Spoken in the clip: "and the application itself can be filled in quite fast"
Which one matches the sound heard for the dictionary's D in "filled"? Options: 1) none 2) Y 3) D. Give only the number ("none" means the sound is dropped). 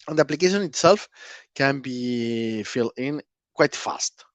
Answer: 1